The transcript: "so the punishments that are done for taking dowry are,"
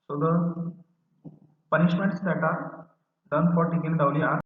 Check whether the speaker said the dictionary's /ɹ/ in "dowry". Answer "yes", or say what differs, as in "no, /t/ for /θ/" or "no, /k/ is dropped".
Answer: no, /l/ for /ɹ/